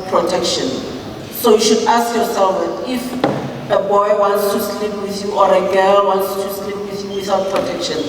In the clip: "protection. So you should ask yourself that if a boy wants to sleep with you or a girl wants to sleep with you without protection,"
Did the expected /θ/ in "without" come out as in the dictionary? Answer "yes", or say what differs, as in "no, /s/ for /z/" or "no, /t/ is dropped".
no, /s/ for /θ/